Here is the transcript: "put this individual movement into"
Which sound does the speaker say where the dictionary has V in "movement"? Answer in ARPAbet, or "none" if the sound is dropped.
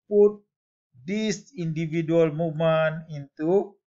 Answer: none